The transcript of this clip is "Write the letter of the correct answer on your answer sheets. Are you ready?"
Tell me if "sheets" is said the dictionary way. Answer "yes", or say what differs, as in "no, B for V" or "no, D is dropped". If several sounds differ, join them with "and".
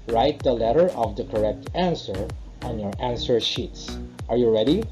yes